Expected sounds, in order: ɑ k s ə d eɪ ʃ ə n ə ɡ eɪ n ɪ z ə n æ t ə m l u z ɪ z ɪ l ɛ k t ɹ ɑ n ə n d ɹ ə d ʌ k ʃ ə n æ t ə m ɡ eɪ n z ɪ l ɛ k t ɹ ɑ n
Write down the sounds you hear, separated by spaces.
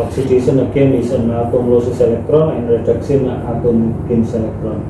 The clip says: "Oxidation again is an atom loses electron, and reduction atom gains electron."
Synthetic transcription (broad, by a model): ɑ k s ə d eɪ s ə n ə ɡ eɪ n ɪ s ə n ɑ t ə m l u s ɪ s ɪ l ɛ k t ɹ ɑ n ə n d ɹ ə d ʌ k s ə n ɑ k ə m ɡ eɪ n s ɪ l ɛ k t ɹ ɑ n